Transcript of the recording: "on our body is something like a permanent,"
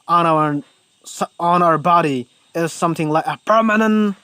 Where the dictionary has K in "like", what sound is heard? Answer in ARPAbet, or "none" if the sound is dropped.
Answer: K